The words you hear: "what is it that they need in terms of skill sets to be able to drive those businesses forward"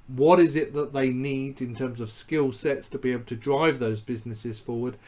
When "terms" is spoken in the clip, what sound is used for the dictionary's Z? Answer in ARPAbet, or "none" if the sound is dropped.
Z